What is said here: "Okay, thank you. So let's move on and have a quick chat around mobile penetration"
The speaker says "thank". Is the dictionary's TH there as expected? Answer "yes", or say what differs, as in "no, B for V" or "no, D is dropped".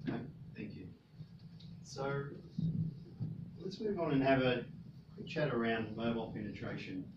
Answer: yes